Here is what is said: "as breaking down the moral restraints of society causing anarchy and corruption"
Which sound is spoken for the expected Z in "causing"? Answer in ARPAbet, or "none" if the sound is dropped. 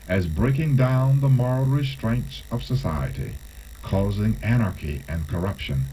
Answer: Z